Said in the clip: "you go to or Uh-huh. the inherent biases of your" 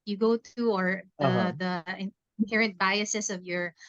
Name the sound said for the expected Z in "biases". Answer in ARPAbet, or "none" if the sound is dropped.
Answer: S